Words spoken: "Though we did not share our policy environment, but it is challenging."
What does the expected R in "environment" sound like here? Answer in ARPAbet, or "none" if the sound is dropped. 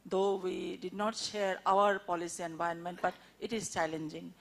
none